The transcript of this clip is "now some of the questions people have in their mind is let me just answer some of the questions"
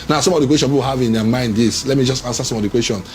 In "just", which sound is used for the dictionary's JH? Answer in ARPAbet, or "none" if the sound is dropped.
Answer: JH